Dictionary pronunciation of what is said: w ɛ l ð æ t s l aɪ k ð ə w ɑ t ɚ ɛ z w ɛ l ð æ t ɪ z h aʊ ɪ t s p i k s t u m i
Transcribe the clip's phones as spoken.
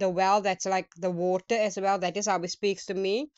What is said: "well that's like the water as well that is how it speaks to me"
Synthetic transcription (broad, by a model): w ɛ l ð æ t s l aɪ k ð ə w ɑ t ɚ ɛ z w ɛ l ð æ t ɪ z h aʊ ɪ t s p i k s t u m i